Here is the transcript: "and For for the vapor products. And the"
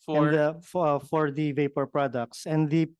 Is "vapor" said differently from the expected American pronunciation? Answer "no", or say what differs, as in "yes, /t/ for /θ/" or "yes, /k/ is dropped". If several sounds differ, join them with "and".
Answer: no